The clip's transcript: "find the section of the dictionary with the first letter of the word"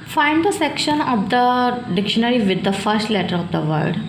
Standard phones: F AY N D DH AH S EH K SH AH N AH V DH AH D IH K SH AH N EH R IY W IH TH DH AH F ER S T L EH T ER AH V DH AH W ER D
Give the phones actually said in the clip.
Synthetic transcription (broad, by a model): F AY N D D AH S EH K SH AH N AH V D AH D IH K SH AH N EH R IY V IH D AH F ER S T L EH T ER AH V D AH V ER D